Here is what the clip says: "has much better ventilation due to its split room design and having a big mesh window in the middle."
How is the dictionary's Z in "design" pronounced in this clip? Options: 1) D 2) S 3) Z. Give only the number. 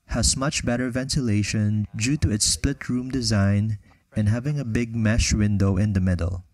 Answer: 3